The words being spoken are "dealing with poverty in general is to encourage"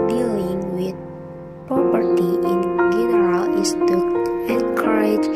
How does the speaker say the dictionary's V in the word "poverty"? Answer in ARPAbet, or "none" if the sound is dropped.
P